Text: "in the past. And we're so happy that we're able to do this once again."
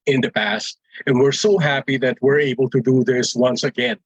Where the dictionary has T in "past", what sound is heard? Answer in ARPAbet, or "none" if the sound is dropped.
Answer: T